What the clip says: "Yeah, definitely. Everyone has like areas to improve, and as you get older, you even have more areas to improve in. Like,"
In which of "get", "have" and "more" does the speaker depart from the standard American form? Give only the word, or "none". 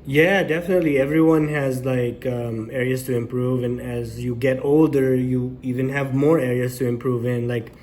none